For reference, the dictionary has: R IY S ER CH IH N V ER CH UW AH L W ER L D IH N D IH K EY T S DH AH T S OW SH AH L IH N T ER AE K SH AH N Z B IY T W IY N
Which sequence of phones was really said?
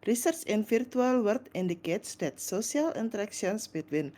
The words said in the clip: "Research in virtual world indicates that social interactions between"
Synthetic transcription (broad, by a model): R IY S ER CH IH N F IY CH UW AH L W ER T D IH N D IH K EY T S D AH T S OW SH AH L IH N T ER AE K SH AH N S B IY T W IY N